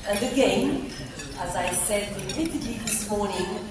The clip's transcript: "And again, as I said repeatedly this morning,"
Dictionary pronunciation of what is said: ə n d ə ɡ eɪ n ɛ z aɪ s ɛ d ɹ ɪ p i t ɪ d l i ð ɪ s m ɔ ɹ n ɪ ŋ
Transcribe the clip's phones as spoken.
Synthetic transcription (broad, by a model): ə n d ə ɡ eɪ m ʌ z aɪ s ɛ d w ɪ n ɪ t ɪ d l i ð ɪ s m ɔ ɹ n ɪ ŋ